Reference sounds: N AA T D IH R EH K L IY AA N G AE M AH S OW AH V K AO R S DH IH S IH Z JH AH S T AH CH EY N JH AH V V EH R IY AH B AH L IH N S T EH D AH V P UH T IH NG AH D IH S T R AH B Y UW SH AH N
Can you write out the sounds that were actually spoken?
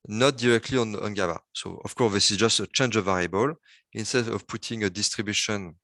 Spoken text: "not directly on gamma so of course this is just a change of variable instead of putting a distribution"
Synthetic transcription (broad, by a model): N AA T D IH R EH K L IY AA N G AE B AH S OW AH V K AO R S DH IH S IH Z JH AH S T AH CH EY N JH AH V V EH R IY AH B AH L IH N S T EH D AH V P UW T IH NG AH D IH S T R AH B Y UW SH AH N